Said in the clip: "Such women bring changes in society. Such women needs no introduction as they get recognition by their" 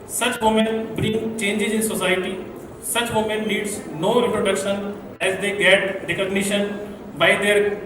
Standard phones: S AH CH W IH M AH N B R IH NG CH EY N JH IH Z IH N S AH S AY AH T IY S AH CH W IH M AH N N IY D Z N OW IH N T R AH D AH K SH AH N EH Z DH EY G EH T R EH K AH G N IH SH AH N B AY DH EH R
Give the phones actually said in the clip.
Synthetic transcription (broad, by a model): S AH CH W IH M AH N B R IH NG CH EY N JH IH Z IH N S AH S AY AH T IY S AH CH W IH M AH N L IY D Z N OW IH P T R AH D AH K SH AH N EH Z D EY G EH T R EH K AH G N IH SH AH N B AY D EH R